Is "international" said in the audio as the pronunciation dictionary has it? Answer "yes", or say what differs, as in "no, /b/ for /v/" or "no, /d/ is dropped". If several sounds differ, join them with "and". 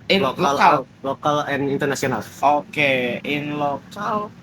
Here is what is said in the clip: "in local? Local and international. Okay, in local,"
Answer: no, /s/ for /ʃ/